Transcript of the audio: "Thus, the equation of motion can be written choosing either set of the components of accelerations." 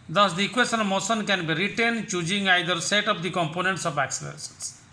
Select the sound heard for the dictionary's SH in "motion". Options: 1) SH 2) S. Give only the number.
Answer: 2